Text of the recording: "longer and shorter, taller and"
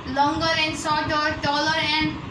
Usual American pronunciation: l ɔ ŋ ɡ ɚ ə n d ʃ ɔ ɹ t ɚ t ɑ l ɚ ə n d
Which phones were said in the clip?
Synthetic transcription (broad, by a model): l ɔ ŋ ɡ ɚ ə n d s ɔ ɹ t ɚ t ɑ l ɚ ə n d